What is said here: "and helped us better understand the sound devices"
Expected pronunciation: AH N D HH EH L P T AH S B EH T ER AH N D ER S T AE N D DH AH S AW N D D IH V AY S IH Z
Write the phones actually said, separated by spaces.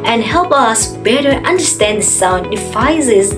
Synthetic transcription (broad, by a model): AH N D HH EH L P AH S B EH T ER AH N D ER S T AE N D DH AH S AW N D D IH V AY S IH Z